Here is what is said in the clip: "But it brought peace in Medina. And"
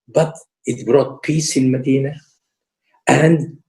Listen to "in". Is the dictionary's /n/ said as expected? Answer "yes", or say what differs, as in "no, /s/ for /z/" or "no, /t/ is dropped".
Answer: no, /l/ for /n/